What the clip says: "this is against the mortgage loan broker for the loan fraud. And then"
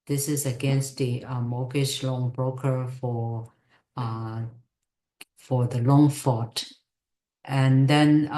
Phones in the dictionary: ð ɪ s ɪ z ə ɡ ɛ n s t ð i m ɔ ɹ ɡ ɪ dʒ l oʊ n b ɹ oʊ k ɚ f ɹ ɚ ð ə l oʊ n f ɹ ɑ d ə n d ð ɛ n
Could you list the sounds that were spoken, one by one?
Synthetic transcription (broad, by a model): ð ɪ s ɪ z ə ɡ ɛ n s t ð i m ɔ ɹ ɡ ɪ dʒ l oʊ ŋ b ɹ oʊ k ɚ f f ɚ ð ə l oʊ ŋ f ɑ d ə n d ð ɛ n